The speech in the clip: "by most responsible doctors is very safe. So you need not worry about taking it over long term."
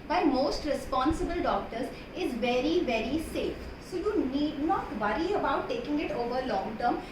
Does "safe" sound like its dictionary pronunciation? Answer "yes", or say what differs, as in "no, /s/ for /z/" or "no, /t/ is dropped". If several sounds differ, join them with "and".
yes